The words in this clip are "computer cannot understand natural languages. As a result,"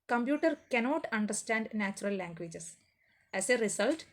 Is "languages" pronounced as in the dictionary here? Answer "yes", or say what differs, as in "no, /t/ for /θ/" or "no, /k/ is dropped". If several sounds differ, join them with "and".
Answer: no, /s/ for /z/